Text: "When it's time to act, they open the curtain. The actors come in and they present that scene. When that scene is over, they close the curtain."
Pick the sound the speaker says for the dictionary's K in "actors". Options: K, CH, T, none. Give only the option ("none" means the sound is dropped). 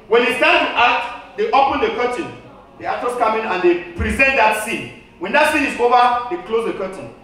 none